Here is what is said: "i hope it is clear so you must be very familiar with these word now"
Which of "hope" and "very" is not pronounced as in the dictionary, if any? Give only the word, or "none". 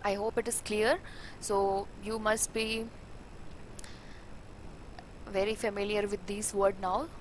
none